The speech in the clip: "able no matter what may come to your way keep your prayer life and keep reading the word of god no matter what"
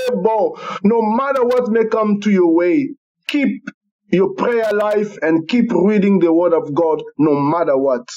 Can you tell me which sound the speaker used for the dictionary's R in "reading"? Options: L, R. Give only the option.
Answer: R